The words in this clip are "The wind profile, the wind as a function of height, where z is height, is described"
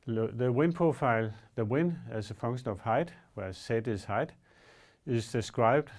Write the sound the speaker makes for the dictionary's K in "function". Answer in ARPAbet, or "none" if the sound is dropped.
none